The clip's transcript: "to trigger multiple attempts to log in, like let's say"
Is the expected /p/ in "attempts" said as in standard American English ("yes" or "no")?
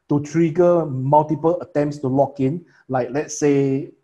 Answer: yes